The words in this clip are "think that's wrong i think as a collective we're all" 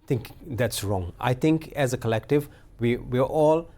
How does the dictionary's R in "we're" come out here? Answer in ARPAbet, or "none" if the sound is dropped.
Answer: W